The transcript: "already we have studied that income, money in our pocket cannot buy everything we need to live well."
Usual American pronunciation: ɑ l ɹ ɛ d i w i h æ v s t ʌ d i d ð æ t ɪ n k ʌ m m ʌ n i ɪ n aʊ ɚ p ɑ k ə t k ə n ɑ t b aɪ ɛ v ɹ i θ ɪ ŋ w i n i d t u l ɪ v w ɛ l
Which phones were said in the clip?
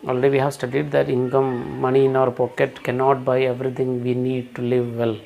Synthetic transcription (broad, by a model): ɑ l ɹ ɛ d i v i h æ v s t ʌ d i d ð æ t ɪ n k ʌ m m ʌ n i ɪ n aʊ ɚ p ɑ k ə t k ə n ɑ t b aɪ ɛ v ɹ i t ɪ ŋ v i n i d t u l ɪ v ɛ l